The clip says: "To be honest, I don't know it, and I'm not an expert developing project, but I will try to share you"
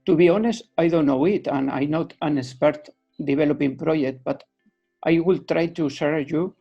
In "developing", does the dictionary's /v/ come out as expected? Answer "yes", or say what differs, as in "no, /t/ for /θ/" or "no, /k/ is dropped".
no, /b/ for /v/